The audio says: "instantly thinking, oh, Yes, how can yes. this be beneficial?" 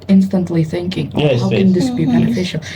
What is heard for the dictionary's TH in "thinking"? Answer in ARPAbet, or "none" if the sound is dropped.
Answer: TH